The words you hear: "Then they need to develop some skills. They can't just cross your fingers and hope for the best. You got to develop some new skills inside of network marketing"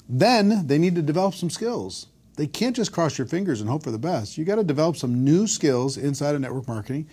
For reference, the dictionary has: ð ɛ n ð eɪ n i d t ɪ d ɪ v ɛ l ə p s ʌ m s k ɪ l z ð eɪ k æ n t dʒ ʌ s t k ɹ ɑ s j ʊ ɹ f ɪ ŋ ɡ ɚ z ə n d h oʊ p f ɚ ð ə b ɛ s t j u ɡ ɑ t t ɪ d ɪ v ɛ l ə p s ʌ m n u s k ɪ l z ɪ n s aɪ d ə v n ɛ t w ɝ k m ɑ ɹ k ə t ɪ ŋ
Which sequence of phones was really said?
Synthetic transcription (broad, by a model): ð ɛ n ð eɪ n i d t ɪ d ɪ v ɛ l ə p s ʌ m s k ɪ l z ð eɪ k æ n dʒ ʌ s k ɹ ɑ s j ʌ ɹ f ɪ ŋ ɡ ɚ z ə n h oʊ p f ɚ ð ə b ɛ s t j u ɡ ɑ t t ɪ d ɪ v ɛ l ə p s ʌ m n u s k ɪ l z ɪ n s aɪ d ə n ɛ t w ɝ k m ɑ ɹ k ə t ɪ ŋ